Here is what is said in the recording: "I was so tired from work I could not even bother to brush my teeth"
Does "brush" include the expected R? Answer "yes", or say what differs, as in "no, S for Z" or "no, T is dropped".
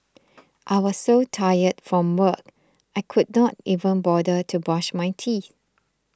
no, R is dropped